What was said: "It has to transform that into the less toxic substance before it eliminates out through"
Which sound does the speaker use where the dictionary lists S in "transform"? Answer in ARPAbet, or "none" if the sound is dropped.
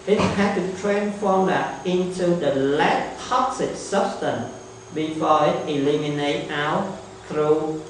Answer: none